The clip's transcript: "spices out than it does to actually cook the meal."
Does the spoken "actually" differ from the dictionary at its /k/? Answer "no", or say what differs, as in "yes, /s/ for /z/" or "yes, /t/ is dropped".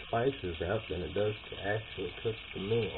no